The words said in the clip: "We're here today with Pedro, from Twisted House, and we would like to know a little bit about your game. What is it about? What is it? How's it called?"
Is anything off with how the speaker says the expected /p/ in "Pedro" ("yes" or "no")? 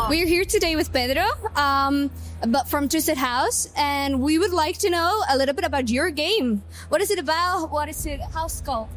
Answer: yes